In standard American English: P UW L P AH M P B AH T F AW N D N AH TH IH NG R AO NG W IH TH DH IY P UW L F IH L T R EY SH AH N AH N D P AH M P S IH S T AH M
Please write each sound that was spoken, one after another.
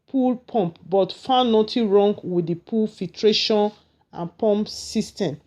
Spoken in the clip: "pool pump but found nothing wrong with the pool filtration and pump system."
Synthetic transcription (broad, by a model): P UW L P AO M P B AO T F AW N N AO T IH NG R AO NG W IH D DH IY P UW L F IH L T R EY SH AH N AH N P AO M P S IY S T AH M